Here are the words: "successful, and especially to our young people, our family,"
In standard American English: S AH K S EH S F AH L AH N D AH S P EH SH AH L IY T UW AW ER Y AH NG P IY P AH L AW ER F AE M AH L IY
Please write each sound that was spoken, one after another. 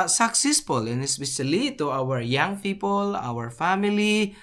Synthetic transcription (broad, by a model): S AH K S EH S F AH L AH N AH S B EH S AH L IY T UW AW ER Y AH NG P IY P AH L AW ER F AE M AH L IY